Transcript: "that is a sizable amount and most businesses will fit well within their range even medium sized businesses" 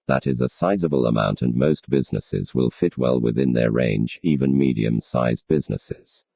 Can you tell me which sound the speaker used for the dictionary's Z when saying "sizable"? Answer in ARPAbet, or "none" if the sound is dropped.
Z